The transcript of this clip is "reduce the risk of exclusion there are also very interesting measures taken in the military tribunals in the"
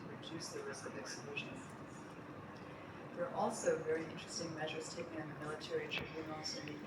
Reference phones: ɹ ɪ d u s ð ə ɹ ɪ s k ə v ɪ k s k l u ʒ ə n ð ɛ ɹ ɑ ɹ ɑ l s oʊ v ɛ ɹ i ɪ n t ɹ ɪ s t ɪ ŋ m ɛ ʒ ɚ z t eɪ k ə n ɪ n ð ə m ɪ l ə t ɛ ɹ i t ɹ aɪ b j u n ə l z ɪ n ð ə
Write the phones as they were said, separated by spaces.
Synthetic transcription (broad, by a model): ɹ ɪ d u s ð ə ɹ ɪ s k ə v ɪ k s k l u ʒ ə n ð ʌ ɹ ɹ ɑ l s oʊ v ɛ ɹ i ɪ n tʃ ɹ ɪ s t ɪ ŋ m ɛ ʒ ɚ z t eɪ k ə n ɪ n ð ə m ɪ l ə t ɛ ɹ i t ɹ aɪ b j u n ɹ l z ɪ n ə